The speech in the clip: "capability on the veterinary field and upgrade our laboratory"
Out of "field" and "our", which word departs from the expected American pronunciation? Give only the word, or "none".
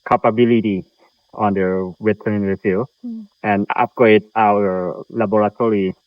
field